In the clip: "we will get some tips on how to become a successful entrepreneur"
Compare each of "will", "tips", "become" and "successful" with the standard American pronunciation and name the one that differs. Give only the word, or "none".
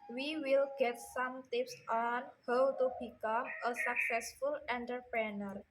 become